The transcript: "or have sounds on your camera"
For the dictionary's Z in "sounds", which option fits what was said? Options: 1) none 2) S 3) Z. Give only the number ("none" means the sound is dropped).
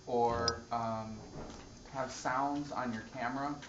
3